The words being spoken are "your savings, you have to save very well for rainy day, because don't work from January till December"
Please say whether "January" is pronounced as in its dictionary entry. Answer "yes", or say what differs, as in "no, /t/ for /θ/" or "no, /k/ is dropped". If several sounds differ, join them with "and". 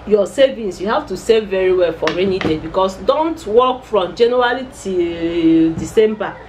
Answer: no, /l/ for /ɹ/